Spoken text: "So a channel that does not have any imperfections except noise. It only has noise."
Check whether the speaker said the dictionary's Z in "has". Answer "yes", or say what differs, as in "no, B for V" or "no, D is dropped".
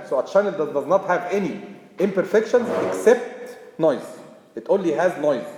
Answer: yes